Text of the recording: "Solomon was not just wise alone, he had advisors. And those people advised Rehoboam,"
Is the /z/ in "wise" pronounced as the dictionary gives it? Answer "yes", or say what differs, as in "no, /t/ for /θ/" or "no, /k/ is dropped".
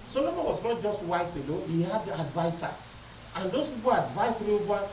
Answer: no, /s/ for /z/